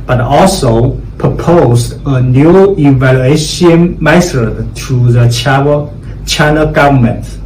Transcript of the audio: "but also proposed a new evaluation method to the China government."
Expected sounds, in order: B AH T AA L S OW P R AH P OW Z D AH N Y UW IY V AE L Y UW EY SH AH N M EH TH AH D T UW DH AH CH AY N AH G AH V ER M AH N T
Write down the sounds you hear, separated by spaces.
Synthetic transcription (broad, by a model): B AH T AA L S OW P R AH P OW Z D AH N Y UW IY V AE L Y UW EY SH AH N M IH S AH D T UW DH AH CH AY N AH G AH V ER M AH N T